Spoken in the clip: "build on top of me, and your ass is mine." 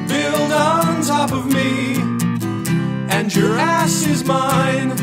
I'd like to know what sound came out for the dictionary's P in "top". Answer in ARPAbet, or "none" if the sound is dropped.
P